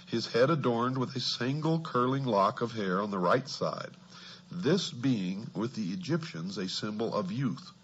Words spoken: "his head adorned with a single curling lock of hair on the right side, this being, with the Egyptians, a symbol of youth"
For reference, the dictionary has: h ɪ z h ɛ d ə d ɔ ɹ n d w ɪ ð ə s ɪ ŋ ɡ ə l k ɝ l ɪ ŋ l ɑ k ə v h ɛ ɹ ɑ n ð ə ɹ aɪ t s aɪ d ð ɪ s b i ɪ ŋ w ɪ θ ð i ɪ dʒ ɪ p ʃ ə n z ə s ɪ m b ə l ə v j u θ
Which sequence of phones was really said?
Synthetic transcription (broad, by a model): h ɪ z h ɛ d ə d ɔ ɹ n d w ɪ ð ə s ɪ ŋ ɡ l k ɝ l ɪ ŋ l ɑ k ə v h ɛ ɹ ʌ n ð ə ɹ aɪ t s aɪ d ð ɪ s b i ɪ ŋ w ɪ ð i ɪ dʒ ɪ p ʃ ə n z ə s ɪ m b l ə v j u θ